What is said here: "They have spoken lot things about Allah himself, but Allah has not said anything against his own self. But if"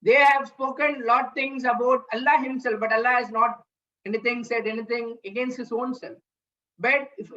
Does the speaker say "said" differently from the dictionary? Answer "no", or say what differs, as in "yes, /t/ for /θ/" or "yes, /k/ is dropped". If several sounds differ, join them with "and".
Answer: no